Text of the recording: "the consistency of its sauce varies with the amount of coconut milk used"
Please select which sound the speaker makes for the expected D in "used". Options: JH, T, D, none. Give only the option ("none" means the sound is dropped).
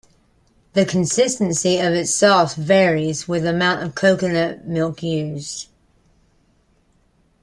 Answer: none